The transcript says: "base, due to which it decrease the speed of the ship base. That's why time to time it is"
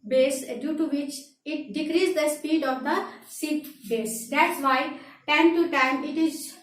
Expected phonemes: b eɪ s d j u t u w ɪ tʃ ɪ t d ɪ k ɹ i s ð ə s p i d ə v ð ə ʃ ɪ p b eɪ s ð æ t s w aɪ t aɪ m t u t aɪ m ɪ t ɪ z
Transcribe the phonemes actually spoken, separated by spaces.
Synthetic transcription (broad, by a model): b eɪ s d j u t u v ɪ tʃ ɪ t d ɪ k ɹ i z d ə s p i d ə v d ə s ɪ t b eɪ s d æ t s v aɪ t aɪ m t u t aɪ m ɪ t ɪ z